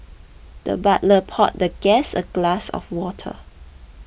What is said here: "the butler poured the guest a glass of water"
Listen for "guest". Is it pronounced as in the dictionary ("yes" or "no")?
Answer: no